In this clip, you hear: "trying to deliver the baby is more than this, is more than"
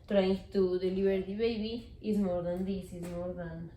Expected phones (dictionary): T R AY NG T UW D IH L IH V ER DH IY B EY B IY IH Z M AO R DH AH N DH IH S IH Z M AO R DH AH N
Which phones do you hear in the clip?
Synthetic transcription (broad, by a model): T R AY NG T UW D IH L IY B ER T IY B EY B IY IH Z M AO R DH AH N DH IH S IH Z M AO R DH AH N